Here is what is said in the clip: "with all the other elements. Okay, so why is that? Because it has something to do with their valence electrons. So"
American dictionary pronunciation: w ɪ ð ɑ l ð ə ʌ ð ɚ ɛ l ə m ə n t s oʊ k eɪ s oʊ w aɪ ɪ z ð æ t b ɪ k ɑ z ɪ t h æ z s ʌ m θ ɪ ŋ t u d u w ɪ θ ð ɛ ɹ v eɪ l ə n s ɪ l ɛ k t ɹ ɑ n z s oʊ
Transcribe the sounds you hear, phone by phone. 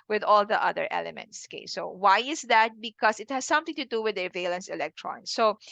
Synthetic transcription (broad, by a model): w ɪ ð ɑ l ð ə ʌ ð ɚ ɛ l ə m ə n t s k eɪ s oʊ w aɪ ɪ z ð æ t b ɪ k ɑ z ɪ t h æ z s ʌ m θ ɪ ŋ t u d u w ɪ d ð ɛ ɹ v eɪ l ə n s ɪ l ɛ k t ɹ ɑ n s oʊ